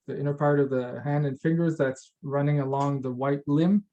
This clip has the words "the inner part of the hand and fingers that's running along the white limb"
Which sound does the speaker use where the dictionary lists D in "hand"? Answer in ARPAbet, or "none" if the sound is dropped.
D